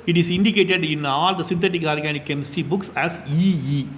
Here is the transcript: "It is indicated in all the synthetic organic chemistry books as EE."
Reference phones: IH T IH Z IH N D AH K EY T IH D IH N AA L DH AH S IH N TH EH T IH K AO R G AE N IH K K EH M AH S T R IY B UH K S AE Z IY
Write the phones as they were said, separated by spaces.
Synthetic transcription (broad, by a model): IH T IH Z IH N D AH K EY T IH D IH N AA L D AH S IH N T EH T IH K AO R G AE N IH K K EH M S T IY B UH K S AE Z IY